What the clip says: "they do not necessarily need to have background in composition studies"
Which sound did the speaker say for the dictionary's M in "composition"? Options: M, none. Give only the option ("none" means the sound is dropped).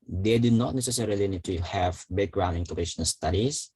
none